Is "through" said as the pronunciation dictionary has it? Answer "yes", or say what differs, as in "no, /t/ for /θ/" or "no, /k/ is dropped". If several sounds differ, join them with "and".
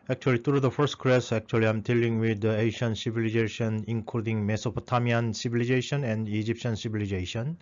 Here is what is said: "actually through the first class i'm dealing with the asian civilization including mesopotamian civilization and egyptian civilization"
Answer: no, /t/ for /θ/